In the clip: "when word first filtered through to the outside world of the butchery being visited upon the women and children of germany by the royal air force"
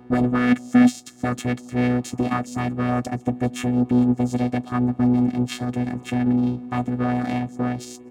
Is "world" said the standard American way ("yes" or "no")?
yes